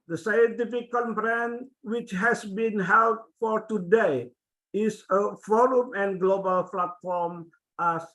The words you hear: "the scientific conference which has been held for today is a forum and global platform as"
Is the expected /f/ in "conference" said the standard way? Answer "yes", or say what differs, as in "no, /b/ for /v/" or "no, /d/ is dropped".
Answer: no, /p/ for /f/